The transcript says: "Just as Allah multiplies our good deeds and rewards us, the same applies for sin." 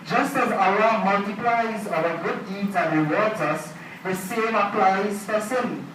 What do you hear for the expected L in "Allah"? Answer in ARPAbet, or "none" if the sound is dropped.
none